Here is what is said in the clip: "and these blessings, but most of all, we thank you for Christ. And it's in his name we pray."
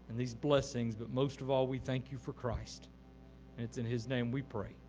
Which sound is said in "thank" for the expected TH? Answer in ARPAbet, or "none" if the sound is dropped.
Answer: TH